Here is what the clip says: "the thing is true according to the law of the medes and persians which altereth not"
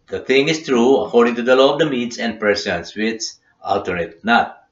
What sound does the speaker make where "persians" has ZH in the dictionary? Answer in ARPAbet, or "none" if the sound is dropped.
S